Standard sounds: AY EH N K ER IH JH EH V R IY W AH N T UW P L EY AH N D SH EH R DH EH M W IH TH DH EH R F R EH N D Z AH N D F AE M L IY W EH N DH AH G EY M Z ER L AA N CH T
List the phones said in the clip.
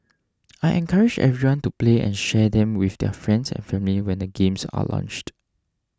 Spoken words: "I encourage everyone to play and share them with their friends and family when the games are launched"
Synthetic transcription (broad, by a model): AY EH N K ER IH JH EH V R IY W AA N T UW P L EY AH N SH EH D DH EH M W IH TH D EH F R EH N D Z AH N F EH M L IY W EH N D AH G EY M S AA L AA N CH T